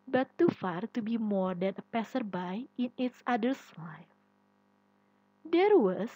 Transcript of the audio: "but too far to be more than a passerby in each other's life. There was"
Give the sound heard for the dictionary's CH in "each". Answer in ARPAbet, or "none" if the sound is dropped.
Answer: S